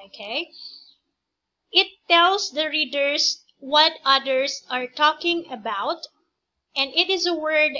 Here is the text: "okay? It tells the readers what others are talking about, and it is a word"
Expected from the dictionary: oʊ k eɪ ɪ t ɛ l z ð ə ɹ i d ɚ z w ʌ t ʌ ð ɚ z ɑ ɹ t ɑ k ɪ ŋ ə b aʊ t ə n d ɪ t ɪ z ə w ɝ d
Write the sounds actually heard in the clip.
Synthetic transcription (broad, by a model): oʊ k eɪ ɪ t ɛ l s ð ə ɹ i d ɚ s w ʌ t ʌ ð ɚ s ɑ ɹ t ɑ k ɪ ŋ ə b aʊ t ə n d ɪ t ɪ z ə w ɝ d